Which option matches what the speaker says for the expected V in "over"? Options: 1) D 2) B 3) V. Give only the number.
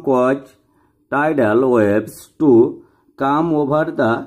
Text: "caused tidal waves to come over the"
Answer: 2